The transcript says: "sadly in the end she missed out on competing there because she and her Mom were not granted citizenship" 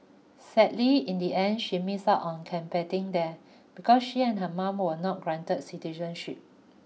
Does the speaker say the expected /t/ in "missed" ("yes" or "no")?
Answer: no